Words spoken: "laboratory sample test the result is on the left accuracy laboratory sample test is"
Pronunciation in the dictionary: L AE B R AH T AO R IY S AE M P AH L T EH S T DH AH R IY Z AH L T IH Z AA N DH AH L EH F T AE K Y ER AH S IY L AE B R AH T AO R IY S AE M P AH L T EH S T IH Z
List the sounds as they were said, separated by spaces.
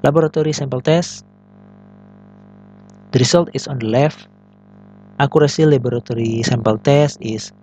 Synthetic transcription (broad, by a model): L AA B R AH T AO R IY S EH M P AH L T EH S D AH R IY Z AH L T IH S AA N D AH L EH F T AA K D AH S IY L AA B R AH T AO R IY S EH M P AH L T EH S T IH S